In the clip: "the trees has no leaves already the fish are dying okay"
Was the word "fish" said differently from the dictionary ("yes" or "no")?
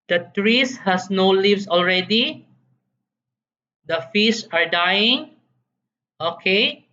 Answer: yes